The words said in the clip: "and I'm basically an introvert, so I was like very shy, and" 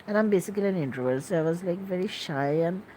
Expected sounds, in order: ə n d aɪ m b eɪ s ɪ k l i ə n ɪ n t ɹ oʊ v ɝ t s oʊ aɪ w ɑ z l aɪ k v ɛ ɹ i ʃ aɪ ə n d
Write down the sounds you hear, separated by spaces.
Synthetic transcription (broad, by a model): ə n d aɪ m b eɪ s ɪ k l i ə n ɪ n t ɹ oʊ ɝ s oʊ aɪ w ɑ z l aɪ k v ɛ ɹ i ʃ aɪ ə n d